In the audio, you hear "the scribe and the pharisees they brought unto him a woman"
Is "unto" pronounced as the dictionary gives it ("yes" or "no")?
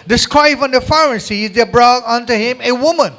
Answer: yes